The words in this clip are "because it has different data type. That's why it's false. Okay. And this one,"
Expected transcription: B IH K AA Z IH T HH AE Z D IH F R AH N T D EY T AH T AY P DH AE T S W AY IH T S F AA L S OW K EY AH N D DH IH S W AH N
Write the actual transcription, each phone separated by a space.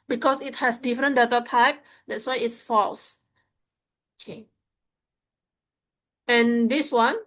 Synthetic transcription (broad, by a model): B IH K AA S IH T HH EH S D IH F R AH N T D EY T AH T AY P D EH T S W AY IH T S F AA L S OW K EY AH N D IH S W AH N